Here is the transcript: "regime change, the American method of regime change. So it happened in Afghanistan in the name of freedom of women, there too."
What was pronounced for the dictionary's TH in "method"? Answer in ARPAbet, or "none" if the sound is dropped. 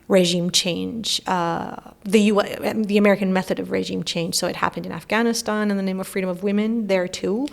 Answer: TH